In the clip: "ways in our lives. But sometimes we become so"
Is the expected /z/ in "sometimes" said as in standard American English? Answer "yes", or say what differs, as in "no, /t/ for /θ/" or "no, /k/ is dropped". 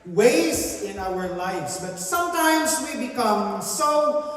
yes